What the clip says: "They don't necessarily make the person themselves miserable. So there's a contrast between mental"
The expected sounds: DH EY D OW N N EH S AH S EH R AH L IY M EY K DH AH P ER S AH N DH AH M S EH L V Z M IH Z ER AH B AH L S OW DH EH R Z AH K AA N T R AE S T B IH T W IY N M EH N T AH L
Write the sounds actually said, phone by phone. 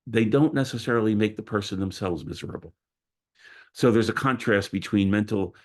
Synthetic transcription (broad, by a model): DH EY D OW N N EH S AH S EH R L IY M EY K DH AH P ER S AH N DH AH M S EH L V Z M IH Z ER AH B L S OW DH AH R Z AH K AA N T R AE S T B IH T W IY N M EH N T L